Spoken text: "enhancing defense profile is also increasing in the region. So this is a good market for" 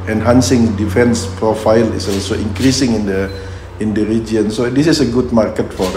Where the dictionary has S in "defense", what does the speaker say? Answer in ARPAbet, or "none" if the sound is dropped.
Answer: S